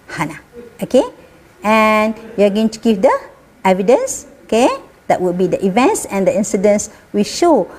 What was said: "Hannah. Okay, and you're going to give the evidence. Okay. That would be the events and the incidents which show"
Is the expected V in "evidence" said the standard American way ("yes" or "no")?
yes